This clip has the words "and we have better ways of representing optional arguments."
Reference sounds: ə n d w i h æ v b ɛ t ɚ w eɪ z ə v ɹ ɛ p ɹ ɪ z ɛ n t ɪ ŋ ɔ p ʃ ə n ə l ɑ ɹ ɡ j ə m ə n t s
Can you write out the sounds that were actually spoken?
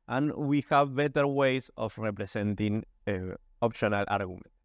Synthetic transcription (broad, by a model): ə n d w i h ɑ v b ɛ t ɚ w eɪ s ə f ɹ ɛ p ɹ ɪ s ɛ n t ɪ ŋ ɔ p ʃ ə n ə l ɑ ɹ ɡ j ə m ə n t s